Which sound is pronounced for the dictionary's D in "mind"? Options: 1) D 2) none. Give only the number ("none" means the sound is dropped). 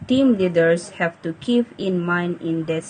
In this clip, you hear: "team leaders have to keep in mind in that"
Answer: 2